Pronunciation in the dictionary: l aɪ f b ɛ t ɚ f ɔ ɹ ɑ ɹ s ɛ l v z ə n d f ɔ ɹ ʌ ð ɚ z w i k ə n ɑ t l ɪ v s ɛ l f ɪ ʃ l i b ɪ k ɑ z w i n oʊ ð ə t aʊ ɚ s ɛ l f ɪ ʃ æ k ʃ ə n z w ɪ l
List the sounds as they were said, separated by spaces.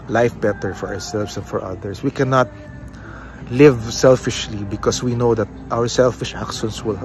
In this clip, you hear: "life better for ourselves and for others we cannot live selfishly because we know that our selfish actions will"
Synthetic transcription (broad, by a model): l aɪ f b ɛ t ɚ f ɔ ɹ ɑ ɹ s ɛ l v s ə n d f ɔ ɹ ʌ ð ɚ s w i k ə n ɑ t l ɪ v s ɛ l f ɪ ʃ l i b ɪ k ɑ s w i n oʊ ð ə t aʊ ɚ s ɛ l f ɪ ʃ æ k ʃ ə n s w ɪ l